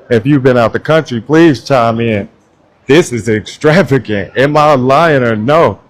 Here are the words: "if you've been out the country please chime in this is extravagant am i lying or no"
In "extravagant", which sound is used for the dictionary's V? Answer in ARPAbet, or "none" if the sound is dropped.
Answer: V